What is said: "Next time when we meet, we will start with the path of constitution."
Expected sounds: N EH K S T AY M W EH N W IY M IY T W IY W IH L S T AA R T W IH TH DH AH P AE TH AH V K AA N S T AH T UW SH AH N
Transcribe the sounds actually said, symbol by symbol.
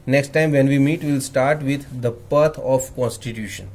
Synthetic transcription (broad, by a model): N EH K S T AY M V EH N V IY M IY T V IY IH L S T AA R T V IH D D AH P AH T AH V K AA N S T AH T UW SH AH N